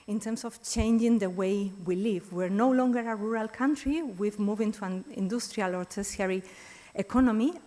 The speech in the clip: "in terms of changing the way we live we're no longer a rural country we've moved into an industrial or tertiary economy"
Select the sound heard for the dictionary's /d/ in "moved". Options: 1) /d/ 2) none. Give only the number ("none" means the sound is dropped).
2